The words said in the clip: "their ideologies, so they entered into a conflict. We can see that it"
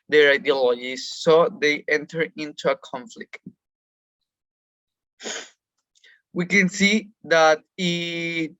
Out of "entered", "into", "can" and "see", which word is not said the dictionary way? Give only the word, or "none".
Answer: entered